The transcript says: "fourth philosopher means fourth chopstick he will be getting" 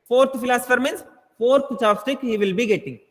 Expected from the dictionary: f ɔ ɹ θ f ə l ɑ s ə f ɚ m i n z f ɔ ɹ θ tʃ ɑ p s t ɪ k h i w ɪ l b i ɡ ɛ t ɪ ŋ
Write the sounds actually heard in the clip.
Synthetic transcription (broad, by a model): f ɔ ɹ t f ə l ɑ s ə f ɚ m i n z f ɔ ɹ t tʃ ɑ s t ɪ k h i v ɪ l b i ɡ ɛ t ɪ ŋ